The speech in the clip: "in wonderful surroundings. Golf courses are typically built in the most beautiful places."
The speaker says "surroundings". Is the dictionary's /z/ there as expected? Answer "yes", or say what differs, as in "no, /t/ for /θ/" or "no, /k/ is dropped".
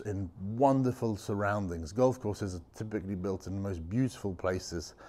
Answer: yes